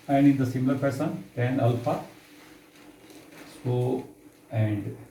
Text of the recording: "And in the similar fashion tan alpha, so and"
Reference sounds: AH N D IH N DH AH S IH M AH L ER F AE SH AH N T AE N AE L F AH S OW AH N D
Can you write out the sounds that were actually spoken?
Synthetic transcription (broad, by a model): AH N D IH N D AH S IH M L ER P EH S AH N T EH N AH L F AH S OW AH N D